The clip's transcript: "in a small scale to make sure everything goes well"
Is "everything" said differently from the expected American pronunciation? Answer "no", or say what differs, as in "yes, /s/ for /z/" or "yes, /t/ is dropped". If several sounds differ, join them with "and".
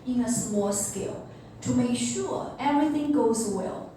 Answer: no